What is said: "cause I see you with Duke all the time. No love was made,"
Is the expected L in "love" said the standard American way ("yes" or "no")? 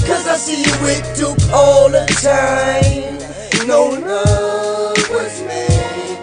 no